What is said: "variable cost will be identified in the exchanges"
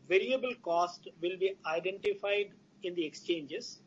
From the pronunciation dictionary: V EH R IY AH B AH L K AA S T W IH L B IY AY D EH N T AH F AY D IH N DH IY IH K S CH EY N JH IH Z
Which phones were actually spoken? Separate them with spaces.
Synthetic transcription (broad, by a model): V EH R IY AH B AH L K AA S T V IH L B IY AY D EH N T AH F AY D IH N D IY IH K S CH EY N JH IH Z